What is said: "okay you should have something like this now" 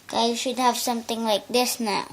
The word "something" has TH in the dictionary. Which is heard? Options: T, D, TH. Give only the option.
T